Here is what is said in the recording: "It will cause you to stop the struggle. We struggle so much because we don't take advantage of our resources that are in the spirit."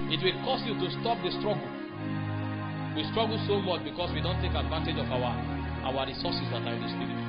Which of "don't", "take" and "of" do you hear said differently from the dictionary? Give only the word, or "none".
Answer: of